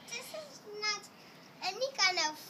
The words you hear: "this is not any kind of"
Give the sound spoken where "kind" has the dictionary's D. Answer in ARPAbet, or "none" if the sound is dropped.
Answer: none